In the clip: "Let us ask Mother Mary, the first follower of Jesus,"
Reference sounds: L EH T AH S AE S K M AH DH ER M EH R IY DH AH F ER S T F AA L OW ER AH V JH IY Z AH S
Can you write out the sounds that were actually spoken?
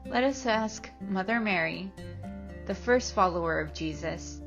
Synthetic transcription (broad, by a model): L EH T AH S AE S K M AH DH ER M EH R IY DH AH F ER S T F AA L OW ER AH V JH IY Z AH S